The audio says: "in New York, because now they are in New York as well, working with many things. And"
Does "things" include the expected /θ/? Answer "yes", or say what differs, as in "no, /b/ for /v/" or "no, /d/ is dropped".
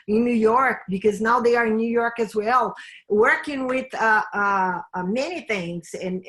yes